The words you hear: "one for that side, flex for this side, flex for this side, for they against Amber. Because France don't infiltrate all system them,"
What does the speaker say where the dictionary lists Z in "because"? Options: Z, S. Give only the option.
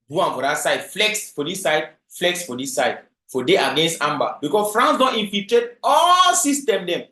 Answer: S